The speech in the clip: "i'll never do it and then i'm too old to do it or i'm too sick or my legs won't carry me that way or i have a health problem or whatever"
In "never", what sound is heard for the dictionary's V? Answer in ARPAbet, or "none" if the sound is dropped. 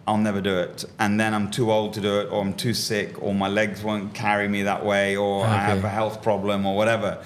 V